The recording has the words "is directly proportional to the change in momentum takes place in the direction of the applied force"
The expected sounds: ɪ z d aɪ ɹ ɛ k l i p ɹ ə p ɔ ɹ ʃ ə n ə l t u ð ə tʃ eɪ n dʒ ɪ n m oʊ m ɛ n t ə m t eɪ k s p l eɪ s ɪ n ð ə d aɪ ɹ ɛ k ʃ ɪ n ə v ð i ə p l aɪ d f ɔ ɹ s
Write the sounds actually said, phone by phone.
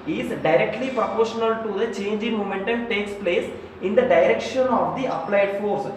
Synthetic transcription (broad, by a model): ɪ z d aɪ ɹ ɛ k l i p ɹ ə p ɔ ɹ ʃ ə n ə l t u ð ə tʃ eɪ n dʒ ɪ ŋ m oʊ m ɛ n t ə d t eɪ k s p l eɪ s ɪ n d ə d aɪ ɹ ɛ k ʃ ɪ n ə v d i ə p l aɪ d f ɔ ɹ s